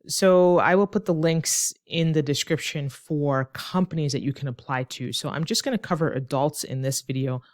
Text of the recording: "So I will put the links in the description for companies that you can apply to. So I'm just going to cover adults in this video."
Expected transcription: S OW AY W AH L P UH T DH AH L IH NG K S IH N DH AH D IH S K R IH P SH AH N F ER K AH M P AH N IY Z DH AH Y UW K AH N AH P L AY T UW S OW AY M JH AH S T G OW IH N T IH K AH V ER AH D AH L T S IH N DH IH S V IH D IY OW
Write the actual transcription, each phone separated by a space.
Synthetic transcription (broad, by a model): S OW AY W AH L P UH T DH AH L IH NG K S IH N DH AH D IH S K R IH P SH AH N F ER K AH M P AH N IY Z DH AH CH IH K AH N AH P L AY T UW S OW AY M JH AH S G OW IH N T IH K AH V ER AH D AH L T S IH N DH IH S V IH D IY OW